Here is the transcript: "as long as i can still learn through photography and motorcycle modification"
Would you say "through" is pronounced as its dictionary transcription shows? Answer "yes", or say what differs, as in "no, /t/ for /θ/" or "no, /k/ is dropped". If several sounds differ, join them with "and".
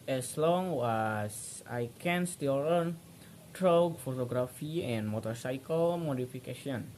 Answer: no, /t/ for /θ/